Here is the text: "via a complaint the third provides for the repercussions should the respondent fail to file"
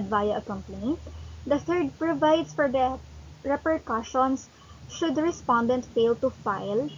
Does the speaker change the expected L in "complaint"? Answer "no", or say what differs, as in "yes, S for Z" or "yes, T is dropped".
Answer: yes, L is dropped